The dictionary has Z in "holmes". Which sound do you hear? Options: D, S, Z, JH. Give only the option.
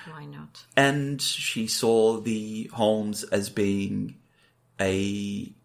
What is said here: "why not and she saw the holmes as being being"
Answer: Z